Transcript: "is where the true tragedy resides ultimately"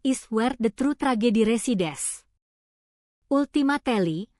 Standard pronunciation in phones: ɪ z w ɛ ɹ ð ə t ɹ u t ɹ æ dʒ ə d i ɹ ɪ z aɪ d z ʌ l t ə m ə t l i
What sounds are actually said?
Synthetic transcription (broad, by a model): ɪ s w ɛ ɹ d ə t ɹ u t ɹ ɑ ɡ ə d i ɹ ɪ s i d s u l t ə m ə t l i